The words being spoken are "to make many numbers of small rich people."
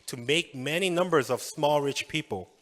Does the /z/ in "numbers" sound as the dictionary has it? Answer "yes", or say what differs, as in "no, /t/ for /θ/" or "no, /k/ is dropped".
yes